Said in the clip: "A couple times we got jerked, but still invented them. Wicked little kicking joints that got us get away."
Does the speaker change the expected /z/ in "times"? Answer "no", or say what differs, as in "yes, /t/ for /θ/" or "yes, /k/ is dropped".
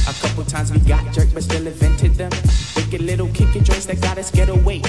no